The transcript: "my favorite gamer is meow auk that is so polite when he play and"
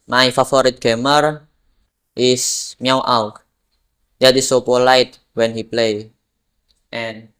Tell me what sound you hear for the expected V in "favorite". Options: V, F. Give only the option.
F